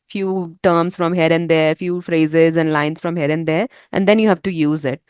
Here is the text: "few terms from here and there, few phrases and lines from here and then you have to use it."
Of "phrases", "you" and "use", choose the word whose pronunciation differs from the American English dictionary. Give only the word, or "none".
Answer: none